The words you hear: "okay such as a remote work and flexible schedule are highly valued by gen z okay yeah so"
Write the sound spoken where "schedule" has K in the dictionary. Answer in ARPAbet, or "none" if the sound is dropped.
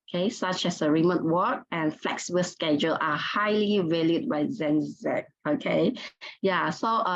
K